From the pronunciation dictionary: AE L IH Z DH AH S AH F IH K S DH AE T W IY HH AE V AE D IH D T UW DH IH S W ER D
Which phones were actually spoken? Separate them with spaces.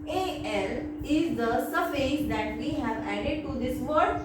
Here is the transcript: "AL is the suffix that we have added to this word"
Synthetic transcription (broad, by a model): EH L IH Z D AH S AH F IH S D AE T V IY HH AE V AE D IH D T UW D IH S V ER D